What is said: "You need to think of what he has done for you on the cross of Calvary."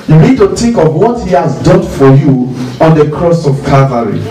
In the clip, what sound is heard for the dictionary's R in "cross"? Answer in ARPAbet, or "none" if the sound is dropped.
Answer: R